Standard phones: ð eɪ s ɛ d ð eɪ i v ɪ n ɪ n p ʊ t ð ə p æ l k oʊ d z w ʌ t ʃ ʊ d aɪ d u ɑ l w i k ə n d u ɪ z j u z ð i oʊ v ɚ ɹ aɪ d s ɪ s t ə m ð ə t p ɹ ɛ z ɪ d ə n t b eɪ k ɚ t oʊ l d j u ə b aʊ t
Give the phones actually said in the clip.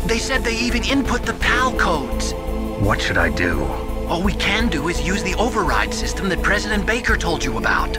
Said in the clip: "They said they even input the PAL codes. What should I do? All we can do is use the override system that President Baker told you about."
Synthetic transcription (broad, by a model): ð eɪ s ɛ d ð eɪ i v ɪ n ɪ n p ʊ t ð ə p æ l k oʊ d z w ʌ t ʃ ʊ d aɪ d u ɑ l w i k ə n d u ɪ z j u z ð i oʊ v ɚ ɹ aɪ d s ɪ s t ə m ð ə t p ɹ ɛ z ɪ d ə n b eɪ k ɚ t oʊ l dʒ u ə b aʊ t